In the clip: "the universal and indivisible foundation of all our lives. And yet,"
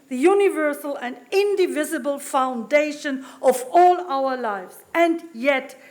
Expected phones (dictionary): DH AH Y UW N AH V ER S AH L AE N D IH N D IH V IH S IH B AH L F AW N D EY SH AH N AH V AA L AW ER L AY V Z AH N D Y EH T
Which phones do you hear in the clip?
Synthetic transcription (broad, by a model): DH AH Y UW N AH V ER S AH L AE N D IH N D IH V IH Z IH B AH L F AW N D EY SH AH N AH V AA L AW ER L AY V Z AH N D Y EH T